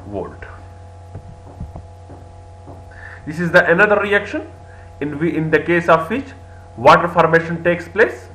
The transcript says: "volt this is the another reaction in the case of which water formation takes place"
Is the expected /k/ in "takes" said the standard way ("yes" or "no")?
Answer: yes